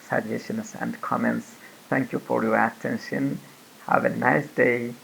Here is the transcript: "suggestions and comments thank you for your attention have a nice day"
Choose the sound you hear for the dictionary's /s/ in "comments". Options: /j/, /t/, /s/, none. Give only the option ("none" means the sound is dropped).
/s/